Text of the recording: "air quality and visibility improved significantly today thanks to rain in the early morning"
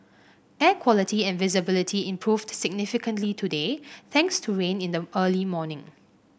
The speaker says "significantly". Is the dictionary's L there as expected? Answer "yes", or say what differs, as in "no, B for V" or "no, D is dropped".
yes